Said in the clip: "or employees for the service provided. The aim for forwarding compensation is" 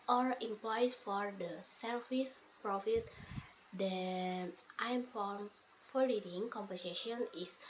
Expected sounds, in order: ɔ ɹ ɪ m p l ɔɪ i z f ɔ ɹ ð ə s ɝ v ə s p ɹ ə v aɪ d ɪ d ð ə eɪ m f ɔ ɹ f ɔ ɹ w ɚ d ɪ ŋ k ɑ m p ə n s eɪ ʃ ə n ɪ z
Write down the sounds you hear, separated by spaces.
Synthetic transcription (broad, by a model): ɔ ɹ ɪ m p l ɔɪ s f ɔ ɹ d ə s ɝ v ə s p ɹ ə f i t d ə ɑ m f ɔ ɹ f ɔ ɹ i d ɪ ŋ k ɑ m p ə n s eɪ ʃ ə n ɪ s